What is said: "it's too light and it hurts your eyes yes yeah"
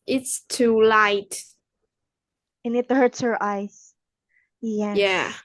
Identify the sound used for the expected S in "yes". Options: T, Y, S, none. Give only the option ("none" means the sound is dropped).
none